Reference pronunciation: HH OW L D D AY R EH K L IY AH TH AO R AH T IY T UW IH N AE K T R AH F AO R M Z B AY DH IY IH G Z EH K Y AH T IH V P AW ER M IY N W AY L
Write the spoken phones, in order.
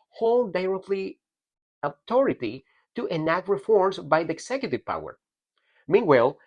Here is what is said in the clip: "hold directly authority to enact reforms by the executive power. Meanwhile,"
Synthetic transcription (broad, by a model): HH OW L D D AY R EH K L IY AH T AO R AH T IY T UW IH N AE K T R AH F AO R M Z B AY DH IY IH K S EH K Y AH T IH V P AW ER M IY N W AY L